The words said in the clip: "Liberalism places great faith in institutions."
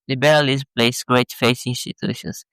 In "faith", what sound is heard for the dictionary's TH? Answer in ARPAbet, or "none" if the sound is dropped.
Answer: S